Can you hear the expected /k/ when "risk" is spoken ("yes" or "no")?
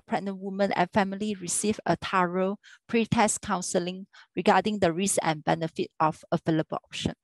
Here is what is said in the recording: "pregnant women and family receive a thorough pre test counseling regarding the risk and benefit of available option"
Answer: no